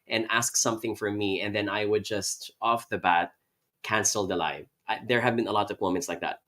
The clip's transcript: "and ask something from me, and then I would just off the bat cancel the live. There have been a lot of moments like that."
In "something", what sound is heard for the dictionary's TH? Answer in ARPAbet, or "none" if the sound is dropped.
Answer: TH